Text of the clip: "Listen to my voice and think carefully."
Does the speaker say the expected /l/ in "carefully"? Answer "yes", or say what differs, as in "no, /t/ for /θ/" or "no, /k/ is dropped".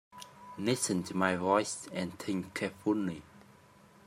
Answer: no, /n/ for /l/